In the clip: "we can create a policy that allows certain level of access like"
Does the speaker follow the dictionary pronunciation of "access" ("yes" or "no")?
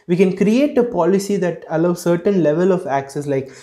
yes